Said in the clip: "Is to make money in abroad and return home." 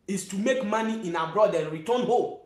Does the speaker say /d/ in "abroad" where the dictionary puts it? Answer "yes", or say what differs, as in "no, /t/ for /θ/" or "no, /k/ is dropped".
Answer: yes